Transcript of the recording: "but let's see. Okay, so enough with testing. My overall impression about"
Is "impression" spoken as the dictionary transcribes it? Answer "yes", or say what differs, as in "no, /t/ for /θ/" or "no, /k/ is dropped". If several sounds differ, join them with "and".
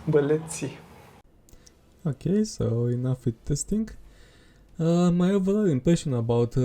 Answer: no, /ɹ/ is dropped